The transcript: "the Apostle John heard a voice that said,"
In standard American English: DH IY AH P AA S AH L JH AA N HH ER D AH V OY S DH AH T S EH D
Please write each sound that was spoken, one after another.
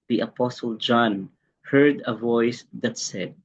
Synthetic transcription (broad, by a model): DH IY AH P AA S AH L JH AA N HH ER D AH V OY S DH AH T S EH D